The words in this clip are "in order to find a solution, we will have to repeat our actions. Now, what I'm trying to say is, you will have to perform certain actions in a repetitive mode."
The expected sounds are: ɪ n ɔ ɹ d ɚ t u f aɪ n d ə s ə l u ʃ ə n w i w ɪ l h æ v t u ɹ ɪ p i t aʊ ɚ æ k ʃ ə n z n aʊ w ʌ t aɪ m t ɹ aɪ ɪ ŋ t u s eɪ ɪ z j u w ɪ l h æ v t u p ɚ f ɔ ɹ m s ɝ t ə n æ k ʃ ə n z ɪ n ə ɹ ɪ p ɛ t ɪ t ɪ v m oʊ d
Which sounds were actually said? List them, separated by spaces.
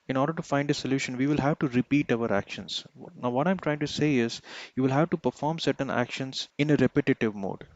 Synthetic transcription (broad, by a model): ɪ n ɔ ɹ d ɚ t u f aɪ n d ə s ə l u ʃ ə n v i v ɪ l h æ v t u ɹ ɪ p i t aʊ ɚ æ k ʃ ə n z n aʊ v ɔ t aɪ m t ɹ aɪ ɪ ŋ t u s eɪ ɪ z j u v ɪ l h æ v t u p ɚ f ɔ ɹ m s ɝ t ə n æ k ʃ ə n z ɪ n ə ɹ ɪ p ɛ t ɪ t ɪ v m oʊ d